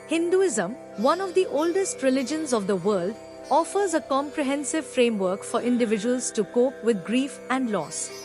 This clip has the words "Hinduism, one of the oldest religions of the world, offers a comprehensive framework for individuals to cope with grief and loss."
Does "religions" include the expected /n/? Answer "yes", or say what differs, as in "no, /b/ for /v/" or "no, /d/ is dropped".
yes